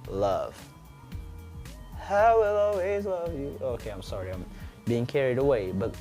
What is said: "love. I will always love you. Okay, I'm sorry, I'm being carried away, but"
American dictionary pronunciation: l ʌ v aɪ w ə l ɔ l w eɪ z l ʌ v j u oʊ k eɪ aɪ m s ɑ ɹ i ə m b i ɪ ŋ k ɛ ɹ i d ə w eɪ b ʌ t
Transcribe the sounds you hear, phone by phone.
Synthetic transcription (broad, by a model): l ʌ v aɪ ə l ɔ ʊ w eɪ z l ʌ v j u oʊ k eɪ aɪ m s ɑ ɹ i ə m b i ɪ ŋ k ɛ ɹ i d ə w eɪ b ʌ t